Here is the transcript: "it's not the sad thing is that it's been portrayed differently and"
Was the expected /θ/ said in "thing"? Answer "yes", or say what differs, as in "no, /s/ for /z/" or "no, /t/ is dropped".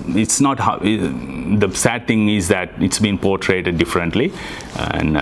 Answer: no, /t/ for /θ/